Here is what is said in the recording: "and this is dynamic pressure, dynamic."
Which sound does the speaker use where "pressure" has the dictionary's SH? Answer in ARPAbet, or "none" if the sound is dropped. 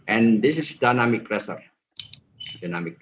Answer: S